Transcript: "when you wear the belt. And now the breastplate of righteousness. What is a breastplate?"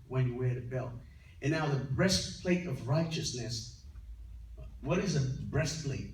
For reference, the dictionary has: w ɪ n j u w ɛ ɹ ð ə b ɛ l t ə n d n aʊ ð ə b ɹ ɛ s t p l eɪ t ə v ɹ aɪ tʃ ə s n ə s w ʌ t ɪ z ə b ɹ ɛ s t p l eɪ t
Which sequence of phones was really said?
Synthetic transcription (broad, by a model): w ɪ n j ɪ w ɛ ɹ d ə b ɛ l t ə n n aʊ ð ə b ɹ ɛ s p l eɪ t ə v ɹ aɪ tʃ ə s n ə s w ʌ t ɪ z ə b ɹ ɛ s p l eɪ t